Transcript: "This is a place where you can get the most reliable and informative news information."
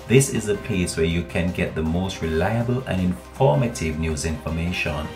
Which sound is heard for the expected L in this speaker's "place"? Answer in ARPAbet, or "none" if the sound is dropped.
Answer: none